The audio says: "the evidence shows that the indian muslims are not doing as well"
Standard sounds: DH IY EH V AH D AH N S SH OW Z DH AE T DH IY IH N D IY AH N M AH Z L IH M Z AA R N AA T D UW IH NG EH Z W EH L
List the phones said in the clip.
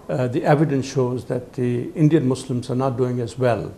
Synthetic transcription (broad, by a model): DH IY EH V AH D AH N S SH OW Z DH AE T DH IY IH N D IY AH N M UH S L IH M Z AA R N AA T D UW IH NG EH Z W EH L